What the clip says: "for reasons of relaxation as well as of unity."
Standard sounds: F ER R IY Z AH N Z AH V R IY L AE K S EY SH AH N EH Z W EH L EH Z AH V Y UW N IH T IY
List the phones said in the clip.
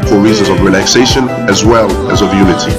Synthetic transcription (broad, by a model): F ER R IY Z AH N Z AH V R IY L AE K S EY SH AH N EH Z W EH L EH Z AH V Y UW N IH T IY